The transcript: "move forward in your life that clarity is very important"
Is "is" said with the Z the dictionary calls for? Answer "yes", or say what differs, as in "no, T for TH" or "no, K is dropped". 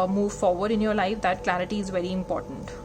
yes